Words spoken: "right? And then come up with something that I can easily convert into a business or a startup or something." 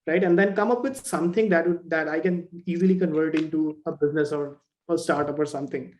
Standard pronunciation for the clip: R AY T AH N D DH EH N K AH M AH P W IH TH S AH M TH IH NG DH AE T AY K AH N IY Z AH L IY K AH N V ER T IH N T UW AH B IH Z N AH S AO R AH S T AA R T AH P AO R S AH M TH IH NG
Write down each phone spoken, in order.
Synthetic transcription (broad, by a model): R AY T AH N D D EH N K AH M AH P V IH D S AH M T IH NG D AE T AY K AH N IY Z AH L IY K AH N V ER T IH N T UW AH B IH Z N AH S AO R AH S T AA R T AH P AO R S AH M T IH NG